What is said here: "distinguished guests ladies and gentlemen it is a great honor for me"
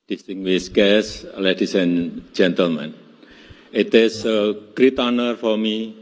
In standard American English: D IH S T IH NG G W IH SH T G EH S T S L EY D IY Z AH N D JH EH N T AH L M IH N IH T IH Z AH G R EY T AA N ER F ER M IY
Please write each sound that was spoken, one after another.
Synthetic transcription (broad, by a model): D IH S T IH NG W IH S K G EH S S L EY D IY S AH N JH EH N T AH L M IH N IH T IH S AH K R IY T AA N ER F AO M IY